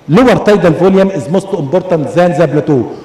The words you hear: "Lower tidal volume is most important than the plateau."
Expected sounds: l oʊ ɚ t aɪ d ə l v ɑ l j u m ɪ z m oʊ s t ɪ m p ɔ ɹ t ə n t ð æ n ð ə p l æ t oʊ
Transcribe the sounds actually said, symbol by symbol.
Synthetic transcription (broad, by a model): l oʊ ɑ t aɪ d ə l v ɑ l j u m ɪ z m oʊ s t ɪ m b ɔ ɹ t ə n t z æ n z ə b l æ t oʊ